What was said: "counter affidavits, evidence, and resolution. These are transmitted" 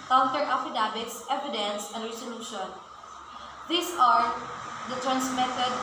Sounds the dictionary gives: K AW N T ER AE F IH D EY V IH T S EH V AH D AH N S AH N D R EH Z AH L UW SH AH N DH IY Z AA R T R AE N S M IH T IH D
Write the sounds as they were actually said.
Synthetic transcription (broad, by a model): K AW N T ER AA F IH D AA B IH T S EH V AH D AH N S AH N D R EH S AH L UW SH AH N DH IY S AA R T R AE N S M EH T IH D